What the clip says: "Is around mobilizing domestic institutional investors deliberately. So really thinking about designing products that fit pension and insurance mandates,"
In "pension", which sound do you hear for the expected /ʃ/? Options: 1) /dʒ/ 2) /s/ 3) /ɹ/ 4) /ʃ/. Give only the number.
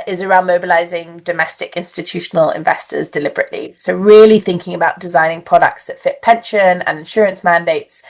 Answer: 4